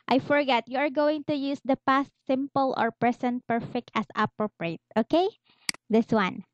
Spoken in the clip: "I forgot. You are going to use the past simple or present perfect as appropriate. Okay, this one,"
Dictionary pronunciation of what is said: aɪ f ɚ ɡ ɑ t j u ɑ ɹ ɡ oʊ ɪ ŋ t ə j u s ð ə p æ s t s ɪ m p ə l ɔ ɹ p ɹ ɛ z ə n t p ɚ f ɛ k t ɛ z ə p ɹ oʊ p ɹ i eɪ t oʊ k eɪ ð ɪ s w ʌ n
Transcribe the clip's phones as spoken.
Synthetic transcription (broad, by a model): aɪ f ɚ ɡ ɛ t j u ɑ ɹ ɡ oʊ ɪ ŋ t ə j u s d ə p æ s t s ɪ m p ə l ɔ ɹ p ɹ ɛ s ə n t p ɚ f ɛ k t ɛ s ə p ɹ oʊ p ɹ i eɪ t oʊ k eɪ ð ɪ s w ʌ n